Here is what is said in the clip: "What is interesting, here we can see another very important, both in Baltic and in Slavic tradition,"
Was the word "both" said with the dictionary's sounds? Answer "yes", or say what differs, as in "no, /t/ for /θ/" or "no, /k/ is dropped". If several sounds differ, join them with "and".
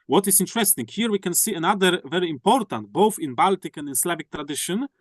yes